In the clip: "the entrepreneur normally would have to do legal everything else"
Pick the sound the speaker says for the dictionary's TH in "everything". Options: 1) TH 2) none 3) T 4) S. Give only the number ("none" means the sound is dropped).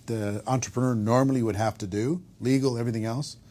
1